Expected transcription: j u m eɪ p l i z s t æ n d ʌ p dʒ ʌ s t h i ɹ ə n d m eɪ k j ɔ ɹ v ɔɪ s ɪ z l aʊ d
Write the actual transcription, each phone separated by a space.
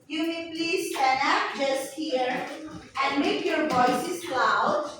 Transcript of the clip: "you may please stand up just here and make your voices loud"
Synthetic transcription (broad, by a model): j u m eɪ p l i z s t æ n ʌ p dʒ ʌ s t h i ɹ ə n d m eɪ k j ɔ ɹ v ɔɪ s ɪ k l aʊ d